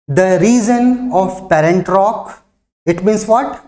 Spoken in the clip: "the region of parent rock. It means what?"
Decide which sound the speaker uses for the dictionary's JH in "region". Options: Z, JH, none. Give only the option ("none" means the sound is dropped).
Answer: Z